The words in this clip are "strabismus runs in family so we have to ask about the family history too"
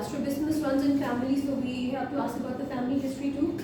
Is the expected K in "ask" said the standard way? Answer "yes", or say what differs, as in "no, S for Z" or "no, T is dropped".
no, K is dropped